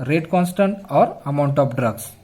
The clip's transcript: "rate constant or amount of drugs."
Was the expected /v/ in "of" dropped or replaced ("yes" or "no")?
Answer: yes